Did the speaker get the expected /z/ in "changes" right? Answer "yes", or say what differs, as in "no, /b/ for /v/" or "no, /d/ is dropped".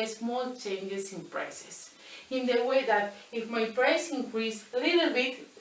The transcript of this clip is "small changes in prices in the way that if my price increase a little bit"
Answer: no, /s/ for /z/